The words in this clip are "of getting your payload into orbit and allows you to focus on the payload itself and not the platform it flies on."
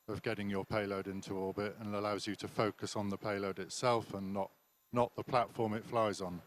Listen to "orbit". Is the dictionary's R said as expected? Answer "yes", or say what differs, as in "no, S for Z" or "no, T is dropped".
no, L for R